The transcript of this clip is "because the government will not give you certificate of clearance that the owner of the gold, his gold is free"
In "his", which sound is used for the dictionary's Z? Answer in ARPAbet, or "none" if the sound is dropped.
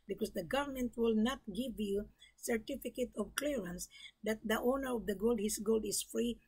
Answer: S